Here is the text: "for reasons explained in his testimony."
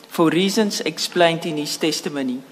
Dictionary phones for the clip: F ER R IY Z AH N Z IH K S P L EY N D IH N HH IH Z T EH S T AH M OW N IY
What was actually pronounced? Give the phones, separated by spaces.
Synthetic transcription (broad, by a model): F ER R IY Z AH N S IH K S P L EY N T IH N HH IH S T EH S T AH M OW N IY